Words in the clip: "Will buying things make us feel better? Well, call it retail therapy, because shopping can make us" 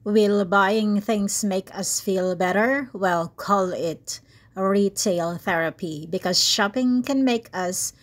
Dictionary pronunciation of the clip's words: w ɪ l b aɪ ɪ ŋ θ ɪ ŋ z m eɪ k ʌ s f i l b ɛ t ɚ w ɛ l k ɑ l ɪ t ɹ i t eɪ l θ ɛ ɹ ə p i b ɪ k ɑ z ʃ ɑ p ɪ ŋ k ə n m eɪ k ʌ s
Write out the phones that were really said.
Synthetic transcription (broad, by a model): w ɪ l b aɪ ɪ ŋ θ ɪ ŋ s m eɪ k ʌ s f i l b ɛ t ɚ w ɛ l k ɑ l ɪ t ɹ i t eɪ l θ ɛ ɹ ə p i b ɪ k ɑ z ʃ ɑ p ɪ ŋ k ə n m eɪ k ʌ s